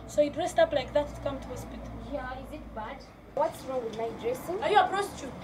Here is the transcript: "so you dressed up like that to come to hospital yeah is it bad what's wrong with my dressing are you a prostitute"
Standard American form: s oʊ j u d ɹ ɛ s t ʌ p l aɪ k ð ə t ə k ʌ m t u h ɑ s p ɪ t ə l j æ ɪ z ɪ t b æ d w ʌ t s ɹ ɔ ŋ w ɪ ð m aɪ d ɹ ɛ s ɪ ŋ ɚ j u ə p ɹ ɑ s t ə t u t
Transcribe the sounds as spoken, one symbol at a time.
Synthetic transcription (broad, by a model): s oʊ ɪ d ɹ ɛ s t ʌ p l aɪ k ð ə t k ʌ m t u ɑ s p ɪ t j æ ɪ z ɪ t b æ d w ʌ t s ɹ ɔ ŋ w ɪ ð m aɪ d ɹ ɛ s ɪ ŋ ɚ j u ə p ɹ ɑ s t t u